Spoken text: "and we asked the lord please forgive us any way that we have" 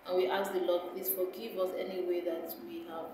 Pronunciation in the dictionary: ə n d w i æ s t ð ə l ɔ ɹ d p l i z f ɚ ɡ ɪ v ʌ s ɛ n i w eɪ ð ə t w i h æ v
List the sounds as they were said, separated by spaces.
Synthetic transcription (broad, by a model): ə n w i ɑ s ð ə l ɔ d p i s f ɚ ɡ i v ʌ s ɛ n i w eɪ ð ə t w i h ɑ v